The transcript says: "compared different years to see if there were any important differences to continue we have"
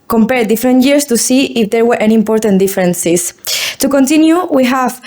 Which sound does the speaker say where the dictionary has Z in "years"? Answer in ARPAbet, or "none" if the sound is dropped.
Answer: S